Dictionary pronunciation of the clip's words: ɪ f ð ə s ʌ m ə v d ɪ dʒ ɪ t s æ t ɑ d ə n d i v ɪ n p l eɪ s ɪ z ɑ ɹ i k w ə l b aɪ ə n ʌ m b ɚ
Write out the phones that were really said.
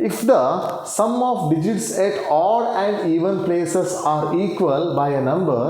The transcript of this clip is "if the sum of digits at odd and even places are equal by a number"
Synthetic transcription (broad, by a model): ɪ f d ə s ʌ m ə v d ɪ dʒ ɪ t s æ t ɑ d ə n d i v ɪ n p l eɪ s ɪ s ɑ ɹ i k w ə l b aɪ ə n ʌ m b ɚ